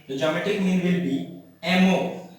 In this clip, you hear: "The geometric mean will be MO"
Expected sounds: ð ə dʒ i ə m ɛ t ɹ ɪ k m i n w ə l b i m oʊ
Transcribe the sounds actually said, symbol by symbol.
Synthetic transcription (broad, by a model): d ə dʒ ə m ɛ t ɪ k m i n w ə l b i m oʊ